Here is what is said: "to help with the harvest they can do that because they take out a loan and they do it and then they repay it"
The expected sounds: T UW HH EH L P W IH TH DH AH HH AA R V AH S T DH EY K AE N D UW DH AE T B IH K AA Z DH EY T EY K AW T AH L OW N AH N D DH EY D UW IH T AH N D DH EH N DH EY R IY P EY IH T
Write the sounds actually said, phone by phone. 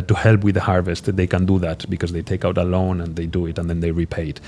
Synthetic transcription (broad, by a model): T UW HH EH L P W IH DH AH HH AA R V AH S T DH EY K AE N D UW DH AE T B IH K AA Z DH EY T EY K AW T AH L OW N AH N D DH EY D UW IH T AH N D DH EH N DH EY R IY P EY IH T